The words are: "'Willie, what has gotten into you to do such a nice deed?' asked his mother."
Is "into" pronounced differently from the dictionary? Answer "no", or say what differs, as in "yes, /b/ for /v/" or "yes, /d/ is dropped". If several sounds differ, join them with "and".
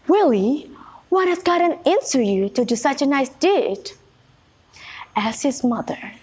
yes, /s/ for /t/